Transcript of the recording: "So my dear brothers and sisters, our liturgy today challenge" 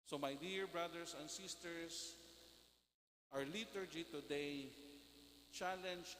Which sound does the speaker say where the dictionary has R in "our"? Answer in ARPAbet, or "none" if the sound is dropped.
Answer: R